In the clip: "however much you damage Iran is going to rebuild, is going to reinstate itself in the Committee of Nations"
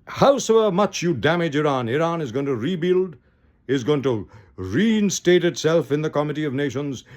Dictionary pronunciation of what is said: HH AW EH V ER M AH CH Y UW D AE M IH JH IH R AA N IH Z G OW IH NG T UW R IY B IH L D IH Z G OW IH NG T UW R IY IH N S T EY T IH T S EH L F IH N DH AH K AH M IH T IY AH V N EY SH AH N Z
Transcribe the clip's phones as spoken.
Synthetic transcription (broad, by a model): HH AW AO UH M AH CH Y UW D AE M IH JH IH R AA N IH Z G OW IH NG T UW R IY B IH L D IH Z G OW IH NG T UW R IY IH N S T EY T IH T S EH L F IH N DH AH K AH M IH T IY AH V N EY SH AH N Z